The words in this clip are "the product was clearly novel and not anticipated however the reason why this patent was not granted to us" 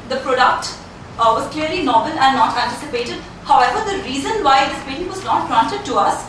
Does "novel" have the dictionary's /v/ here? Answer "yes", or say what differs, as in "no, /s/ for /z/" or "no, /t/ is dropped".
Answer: no, /b/ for /v/